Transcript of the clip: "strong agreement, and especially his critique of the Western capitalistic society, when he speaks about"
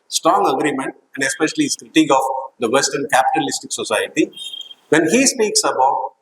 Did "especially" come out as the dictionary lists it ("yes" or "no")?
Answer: no